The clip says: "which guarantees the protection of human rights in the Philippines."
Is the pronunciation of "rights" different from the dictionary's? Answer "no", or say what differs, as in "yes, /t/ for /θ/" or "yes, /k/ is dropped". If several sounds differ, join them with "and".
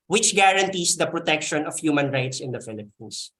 no